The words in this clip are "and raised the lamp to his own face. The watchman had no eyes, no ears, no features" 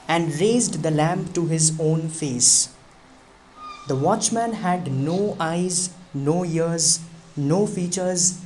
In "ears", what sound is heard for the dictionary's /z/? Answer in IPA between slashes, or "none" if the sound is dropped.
/z/